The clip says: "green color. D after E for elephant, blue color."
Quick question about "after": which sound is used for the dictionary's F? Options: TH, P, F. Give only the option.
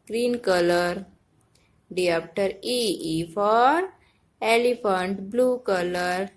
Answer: P